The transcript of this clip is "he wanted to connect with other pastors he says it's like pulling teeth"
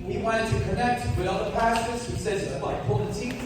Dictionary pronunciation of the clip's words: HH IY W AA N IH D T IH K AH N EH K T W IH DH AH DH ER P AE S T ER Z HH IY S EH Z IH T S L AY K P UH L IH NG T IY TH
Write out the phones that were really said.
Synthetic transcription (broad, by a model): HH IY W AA IH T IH K AH N EH K T W IH DH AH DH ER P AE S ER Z HH IY S EH Z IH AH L AY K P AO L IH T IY